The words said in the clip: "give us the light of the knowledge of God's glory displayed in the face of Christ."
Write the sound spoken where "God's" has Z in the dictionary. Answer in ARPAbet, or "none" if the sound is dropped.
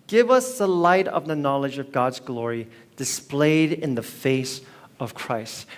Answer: Z